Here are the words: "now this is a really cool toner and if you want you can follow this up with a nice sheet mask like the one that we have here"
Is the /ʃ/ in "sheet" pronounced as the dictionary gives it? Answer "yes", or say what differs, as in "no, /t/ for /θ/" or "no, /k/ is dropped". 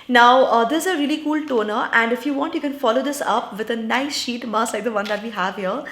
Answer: yes